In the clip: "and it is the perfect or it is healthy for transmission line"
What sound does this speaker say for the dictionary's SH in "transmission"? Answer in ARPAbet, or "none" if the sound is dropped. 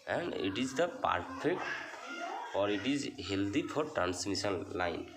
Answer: S